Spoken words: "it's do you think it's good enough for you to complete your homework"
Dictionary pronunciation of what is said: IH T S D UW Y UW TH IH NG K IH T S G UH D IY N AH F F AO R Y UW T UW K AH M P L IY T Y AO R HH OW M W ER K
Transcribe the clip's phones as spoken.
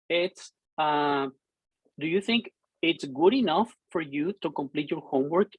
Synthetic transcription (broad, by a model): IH T S D UW Y UW TH IH NG K IH T S G UH D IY N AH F F AO R Y UW T UW K AH M P L IY T Y AO R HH OW M W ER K